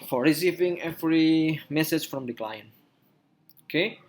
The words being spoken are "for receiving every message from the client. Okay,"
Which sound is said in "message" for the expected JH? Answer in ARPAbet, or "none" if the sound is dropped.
CH